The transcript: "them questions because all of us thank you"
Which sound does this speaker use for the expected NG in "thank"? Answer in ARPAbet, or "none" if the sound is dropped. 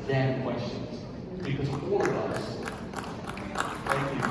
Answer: none